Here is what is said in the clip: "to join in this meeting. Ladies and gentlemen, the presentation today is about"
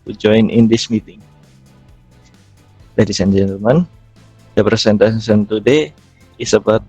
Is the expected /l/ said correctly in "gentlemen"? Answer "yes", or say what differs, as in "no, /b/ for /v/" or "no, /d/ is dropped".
no, /l/ is dropped